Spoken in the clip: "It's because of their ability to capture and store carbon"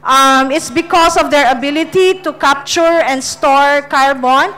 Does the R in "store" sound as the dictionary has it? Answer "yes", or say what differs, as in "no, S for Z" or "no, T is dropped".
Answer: yes